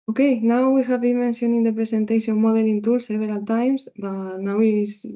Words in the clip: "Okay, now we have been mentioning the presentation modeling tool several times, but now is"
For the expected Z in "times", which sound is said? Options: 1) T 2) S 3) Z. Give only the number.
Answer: 2